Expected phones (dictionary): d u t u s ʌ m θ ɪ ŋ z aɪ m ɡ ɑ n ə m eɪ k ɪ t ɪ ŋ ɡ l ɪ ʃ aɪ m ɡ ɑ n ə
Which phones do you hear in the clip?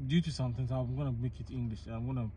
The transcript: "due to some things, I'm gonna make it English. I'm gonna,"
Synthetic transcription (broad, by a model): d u t u s ʌ m t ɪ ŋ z aɪ m ɡ ɑ n ə m eɪ k ɪ t ɪ ŋ ɡ l ɪ ʃ aɪ m ɡ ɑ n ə